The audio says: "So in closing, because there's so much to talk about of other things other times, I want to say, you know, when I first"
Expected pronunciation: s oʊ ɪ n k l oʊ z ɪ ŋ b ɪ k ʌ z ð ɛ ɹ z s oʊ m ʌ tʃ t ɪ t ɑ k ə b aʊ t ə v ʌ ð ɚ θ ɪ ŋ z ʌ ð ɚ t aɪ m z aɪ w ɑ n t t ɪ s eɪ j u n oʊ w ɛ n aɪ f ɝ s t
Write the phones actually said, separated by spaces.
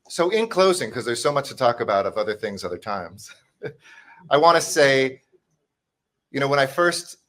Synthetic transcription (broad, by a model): s oʊ ɪ n k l oʊ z ɪ ŋ k ʌ z ð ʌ ɹ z s oʊ m ʌ tʃ t ɪ t ɑ k ə b aʊ t ə v ʌ ð ɚ θ ɪ ŋ z ʌ ð ɚ t aɪ m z aɪ w ɑ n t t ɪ s eɪ j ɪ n oʊ w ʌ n aɪ f ɝ s t